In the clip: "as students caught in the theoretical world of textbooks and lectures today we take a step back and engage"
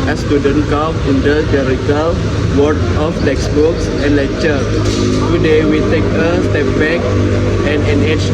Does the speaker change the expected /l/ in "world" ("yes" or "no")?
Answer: yes